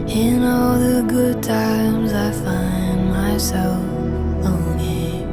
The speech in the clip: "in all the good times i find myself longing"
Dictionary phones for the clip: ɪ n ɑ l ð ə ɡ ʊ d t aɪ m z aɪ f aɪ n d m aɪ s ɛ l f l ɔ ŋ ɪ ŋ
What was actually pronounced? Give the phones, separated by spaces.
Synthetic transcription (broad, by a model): ɪ n ɑ l ð ə ɡ ʊ d t aɪ m z aɪ f aɪ n m aɪ s ɛ l f ɔ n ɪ